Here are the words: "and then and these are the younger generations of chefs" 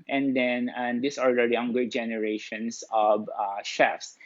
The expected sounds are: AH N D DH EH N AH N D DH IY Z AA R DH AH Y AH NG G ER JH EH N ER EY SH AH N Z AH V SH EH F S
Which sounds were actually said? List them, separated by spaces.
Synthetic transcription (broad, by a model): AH N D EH N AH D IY S AA R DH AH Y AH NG G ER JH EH N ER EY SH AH N S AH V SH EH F S